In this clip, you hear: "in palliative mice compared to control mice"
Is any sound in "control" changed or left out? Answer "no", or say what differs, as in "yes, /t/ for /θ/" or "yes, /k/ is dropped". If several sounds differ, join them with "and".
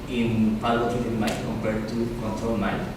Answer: no